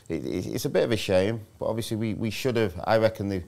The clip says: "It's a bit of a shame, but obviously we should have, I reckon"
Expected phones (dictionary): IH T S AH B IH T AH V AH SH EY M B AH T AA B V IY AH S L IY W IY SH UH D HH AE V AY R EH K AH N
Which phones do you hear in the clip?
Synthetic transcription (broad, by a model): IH T S AH B IH T AH V AH SH EY M B AH T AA V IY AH S L IY W IY SH UH D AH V AY R EH K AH N